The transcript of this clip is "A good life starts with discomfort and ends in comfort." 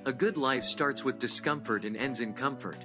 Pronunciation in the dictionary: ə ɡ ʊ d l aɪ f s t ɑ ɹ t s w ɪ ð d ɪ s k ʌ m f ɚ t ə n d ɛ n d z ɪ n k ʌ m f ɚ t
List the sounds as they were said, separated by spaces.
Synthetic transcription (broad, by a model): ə ɡ ʊ d l aɪ f s t ɑ ɹ t s w ɪ ð d ɪ s k ʌ m f ɚ t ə n ɛ n d z ɪ n k ʌ m f ɚ t